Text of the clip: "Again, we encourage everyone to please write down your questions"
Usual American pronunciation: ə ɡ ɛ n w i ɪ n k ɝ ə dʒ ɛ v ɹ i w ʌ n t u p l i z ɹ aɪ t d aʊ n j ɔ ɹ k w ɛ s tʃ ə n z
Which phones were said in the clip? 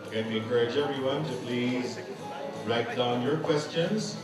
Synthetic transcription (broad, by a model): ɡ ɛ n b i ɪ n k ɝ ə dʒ ɛ v ɹ i w ʌ n t u p l i z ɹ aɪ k d aʊ n j ɔ ɹ k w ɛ s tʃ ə n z